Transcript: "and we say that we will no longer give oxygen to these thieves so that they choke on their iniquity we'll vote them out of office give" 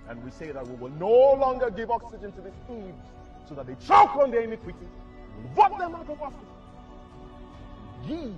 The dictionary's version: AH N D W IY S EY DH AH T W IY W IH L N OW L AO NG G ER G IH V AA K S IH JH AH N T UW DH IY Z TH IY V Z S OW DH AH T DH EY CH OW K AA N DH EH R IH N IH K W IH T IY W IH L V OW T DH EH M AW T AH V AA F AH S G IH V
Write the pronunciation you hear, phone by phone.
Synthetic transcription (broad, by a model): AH N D W IY S EY DH AH T W IY W IH L N OW L AO NG G ER G IH V AA K S IH JH AH N T UW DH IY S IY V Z S OW DH AH T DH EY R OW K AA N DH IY IH N IH K W IH T IY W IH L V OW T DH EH M AW T AH V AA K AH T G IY